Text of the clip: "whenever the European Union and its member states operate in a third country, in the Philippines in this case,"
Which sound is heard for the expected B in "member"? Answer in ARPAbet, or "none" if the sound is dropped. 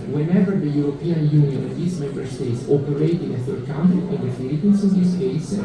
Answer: B